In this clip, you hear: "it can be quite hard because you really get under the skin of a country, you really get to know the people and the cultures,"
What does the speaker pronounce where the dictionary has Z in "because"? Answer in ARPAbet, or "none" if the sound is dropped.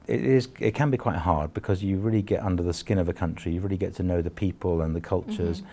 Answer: Z